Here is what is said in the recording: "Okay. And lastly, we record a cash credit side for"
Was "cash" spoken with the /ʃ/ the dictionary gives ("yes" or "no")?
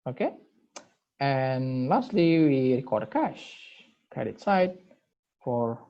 yes